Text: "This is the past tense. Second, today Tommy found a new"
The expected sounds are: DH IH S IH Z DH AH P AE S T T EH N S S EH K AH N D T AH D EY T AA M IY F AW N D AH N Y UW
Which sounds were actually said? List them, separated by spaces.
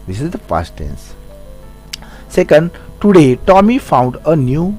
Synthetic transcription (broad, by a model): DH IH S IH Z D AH F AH S T T EH N S S EH K AH N D T AH D EY T AA M IY F AW N D AH N Y UW